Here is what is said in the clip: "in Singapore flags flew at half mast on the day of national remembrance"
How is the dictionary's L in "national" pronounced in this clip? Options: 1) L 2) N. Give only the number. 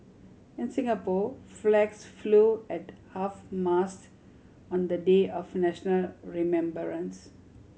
1